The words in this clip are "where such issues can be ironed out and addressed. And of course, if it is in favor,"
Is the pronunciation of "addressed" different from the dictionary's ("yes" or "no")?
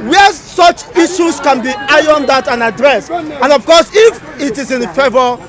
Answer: yes